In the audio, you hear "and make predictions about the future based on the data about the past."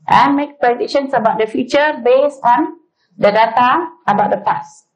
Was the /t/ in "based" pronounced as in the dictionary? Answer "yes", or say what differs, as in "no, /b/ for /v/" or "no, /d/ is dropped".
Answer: no, /t/ is dropped